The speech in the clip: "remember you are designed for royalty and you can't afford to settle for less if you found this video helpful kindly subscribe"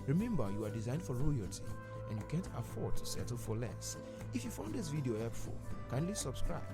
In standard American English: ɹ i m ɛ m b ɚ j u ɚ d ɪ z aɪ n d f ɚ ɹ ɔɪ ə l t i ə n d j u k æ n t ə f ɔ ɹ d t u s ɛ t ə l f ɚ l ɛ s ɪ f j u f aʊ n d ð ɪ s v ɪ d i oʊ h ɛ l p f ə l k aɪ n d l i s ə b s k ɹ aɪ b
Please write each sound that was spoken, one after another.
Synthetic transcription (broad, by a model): ɹ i m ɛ m b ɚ j u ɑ d ɪ z aɪ n d f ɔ ɹ ɔɪ ə l t i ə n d j u k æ n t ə f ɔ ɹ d t u s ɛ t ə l f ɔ l ɛ s ɪ f j u f aʊ n d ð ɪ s v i d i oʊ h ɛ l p f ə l k aɪ n d l i s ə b s k ɹ aɪ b